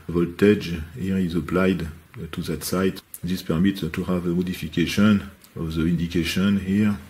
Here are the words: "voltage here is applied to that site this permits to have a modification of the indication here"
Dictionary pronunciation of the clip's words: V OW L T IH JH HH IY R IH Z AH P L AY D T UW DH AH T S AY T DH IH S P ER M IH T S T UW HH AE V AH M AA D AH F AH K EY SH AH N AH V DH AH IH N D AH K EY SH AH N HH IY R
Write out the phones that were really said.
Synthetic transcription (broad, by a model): V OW L T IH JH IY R IH Z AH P L AY D T UW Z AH T S AY T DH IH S P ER M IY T T UW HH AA V AH M AA D AH F AH K EY SH AH N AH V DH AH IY N D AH K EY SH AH N HH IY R